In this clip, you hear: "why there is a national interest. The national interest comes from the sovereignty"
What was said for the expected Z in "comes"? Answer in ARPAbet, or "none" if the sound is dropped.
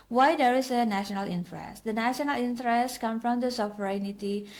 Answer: none